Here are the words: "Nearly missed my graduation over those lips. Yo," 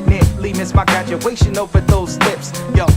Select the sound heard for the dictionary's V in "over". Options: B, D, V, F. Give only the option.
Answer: F